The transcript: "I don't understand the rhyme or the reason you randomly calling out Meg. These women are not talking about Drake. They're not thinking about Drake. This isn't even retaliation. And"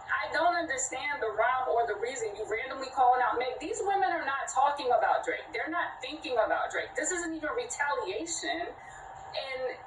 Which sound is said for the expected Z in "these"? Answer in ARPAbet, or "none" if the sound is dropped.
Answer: Z